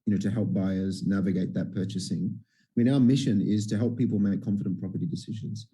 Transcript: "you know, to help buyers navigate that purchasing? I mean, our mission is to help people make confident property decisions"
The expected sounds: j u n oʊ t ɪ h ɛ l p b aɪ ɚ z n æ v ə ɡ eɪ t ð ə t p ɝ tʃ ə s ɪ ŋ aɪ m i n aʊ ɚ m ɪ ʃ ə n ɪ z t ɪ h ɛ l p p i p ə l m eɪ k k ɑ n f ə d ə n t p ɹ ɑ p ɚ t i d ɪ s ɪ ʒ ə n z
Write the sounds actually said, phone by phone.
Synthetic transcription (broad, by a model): j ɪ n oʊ t ɪ h ɛ l p b aɪ ɚ z n æ v ə ɡ eɪ t ð ə t p ɝ tʃ ə s ɪ ŋ aɪ m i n aʊ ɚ m ɪ ʃ ə n ɪ z t ɪ h ɛ l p p i p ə l m eɪ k k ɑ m f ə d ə n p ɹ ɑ p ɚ t i d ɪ s ɪ ʒ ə n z